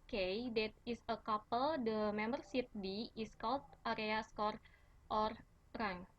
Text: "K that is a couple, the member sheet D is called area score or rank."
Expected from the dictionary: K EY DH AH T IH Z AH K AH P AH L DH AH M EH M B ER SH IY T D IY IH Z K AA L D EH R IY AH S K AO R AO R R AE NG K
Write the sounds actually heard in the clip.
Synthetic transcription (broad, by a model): K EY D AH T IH S AH K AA P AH L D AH M EH M B ER S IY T D IY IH S K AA L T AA R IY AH S K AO R AO R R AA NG